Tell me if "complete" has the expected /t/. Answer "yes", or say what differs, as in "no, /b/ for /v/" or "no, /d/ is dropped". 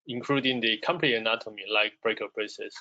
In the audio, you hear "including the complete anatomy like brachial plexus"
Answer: no, /t/ is dropped